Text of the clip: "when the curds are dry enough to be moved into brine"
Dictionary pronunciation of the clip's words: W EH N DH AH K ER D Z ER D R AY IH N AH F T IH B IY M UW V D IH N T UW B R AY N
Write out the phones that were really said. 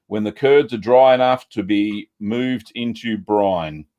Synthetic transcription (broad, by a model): W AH N DH AH K ER D Z ER D R AY IH N AH F T IH B IY M UW V D IH N T UW B R AY N